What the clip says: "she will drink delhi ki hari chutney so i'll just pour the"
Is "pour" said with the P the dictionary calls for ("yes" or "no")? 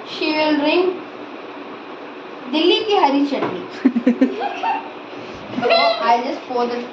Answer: no